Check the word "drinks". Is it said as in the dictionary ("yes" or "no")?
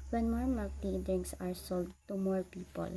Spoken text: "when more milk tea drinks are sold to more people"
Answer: no